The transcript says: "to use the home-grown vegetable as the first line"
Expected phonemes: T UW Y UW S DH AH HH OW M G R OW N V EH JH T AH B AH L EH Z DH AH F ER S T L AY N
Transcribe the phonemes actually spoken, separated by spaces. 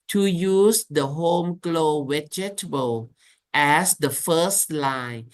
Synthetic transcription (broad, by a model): T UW Y UW S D AH HH OW M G L OW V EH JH T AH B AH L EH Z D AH F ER S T L AY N